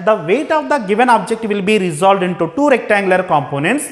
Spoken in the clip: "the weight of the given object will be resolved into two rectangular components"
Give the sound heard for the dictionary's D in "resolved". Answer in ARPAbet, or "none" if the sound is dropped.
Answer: D